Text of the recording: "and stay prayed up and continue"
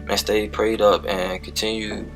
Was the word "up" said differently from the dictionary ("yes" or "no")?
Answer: no